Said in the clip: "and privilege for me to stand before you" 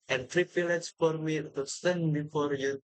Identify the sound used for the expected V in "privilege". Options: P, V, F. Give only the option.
P